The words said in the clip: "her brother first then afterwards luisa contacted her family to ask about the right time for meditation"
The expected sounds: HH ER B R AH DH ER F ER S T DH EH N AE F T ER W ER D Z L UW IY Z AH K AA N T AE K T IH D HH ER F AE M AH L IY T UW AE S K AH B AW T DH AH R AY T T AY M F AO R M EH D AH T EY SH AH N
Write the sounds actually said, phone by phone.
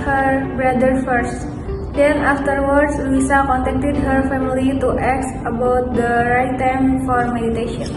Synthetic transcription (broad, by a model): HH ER B R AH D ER F ER S T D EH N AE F T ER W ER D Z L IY S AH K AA N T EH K T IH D HH ER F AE M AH L IY T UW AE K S AH B AW T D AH R AY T T AY M F AO R M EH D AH T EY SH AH N